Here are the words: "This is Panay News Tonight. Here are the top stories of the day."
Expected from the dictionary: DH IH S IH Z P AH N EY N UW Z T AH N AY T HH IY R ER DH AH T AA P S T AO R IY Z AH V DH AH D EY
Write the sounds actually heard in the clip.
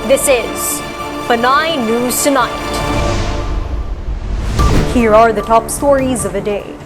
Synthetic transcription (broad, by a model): DH IH S IH Z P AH N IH N UW Z T AH N AY T HH IY R ER DH AH T AA P S T AO R IY Z AH V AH D EY